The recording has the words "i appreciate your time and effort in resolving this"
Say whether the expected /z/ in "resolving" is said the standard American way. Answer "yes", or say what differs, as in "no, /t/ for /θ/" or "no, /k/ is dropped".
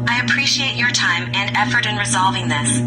yes